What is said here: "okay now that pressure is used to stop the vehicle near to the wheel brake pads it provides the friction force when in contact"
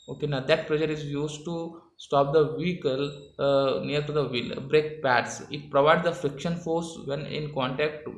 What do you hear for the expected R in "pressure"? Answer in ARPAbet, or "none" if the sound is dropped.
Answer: L